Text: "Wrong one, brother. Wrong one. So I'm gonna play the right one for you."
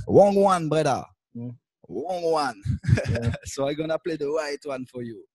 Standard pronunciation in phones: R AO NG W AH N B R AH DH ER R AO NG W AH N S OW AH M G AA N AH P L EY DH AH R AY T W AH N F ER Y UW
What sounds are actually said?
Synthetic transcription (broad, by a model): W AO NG W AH N B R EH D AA W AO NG W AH N S OW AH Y G AA N AH P L EY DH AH W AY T W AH N F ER Y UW